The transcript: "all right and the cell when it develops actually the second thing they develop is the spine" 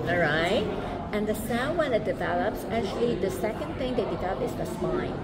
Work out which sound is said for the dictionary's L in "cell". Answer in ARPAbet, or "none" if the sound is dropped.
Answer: N